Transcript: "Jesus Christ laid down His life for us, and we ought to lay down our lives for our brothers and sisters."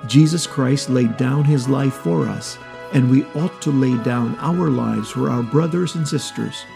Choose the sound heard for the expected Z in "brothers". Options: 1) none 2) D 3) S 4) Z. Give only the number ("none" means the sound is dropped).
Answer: 4